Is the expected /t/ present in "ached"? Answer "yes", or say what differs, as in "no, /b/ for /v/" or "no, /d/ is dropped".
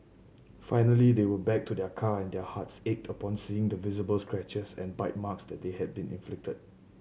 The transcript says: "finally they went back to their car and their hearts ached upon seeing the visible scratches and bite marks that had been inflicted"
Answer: yes